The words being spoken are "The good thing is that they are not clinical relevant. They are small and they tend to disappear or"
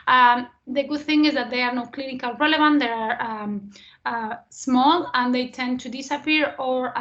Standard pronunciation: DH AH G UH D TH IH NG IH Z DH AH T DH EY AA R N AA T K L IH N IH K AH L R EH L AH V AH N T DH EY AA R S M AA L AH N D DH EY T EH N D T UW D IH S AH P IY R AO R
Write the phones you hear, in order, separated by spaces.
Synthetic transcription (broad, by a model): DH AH G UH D TH IH NG IH Z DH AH T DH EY AA R N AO K L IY N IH K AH L R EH L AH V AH N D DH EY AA R S M AA L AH N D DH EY T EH N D T UW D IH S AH P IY R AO R